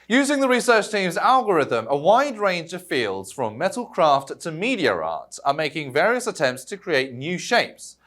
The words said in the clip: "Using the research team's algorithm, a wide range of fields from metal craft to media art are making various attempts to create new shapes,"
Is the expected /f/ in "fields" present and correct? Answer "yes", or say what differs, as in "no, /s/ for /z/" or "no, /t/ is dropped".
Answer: yes